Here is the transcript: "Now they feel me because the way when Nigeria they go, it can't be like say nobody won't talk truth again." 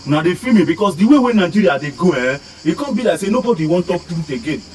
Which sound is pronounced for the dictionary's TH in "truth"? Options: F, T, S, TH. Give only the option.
T